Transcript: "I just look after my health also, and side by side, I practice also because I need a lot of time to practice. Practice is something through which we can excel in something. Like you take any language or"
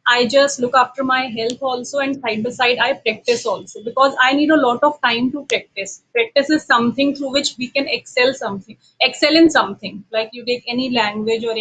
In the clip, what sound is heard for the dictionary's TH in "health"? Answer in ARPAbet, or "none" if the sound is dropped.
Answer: T